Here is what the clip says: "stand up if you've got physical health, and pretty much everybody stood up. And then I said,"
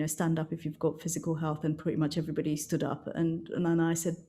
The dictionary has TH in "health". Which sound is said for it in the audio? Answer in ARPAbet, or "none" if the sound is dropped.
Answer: TH